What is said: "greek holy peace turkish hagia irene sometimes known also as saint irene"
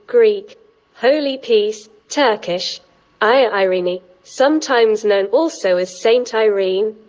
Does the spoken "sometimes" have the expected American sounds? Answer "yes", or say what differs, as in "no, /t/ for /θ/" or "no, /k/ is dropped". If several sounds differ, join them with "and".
yes